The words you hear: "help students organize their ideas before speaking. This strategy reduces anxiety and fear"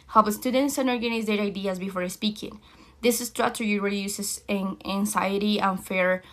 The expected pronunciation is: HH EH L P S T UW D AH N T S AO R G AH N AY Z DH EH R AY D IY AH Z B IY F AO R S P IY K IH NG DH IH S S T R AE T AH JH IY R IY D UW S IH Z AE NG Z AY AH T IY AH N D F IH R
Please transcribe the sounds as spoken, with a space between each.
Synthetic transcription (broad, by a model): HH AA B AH S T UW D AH N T S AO R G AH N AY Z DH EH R AY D IY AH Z B IY F AO R S P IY K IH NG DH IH S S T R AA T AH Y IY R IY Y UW S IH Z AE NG S AY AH T IY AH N F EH R